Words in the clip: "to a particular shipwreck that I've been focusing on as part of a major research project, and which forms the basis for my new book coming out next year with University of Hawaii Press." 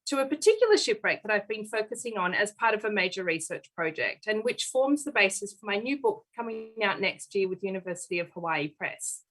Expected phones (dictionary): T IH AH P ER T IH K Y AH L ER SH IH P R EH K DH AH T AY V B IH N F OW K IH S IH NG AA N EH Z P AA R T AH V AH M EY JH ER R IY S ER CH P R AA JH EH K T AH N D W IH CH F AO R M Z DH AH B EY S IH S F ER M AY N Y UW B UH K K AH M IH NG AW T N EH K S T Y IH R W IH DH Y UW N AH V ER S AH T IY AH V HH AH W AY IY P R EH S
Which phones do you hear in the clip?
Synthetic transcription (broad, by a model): T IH AH P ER T IH K Y L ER SH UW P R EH K DH AH T AY V B IH N F OW K IH S IH NG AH N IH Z P AA R T AH V AH M EY JH ER R IY S ER CH P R AA JH EH K T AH N W IH CH F AO R M Z DH AH B EY S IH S F ER M AY N Y UW B UH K K AH M IH NG AW T N EH K S T Y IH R W IH DH Y UW N AH V ER S AH T IY AH V HH AH W AY IY P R EH S